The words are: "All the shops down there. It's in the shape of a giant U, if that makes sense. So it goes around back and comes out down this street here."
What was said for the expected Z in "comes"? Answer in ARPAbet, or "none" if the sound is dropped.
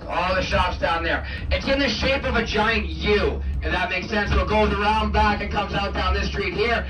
Z